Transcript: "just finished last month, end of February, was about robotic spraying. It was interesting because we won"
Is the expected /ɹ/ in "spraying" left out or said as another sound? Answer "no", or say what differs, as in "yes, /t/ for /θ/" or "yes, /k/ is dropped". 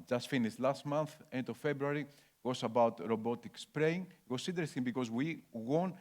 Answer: no